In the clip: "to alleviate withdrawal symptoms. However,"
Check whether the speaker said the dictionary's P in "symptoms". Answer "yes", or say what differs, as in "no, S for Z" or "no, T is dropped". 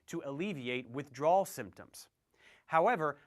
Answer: yes